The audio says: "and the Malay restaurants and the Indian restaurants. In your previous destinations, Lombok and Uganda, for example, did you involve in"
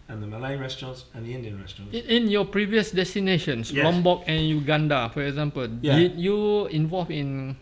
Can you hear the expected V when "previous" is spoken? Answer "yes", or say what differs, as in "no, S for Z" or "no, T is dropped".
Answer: yes